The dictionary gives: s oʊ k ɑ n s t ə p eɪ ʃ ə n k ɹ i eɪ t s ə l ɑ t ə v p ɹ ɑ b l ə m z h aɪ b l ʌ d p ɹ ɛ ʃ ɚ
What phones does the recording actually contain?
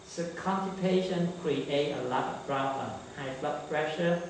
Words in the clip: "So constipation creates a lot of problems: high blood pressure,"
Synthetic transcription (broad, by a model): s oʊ k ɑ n t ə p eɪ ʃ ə n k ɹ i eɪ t ə l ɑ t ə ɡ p ɹ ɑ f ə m h aɪ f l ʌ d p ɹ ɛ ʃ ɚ